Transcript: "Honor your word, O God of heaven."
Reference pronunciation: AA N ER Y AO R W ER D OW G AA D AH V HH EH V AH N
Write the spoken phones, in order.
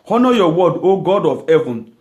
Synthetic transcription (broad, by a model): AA N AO Y AO W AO D OW G AA D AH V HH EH V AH N